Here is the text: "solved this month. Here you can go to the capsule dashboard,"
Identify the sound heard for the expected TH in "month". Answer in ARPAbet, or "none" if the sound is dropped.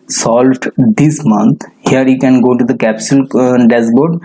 T